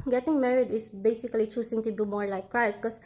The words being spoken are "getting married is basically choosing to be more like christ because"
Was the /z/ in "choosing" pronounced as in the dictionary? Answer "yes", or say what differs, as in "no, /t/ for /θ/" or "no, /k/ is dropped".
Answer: no, /s/ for /z/